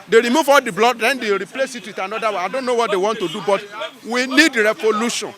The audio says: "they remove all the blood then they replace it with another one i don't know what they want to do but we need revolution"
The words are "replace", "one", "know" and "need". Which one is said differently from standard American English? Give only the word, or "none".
one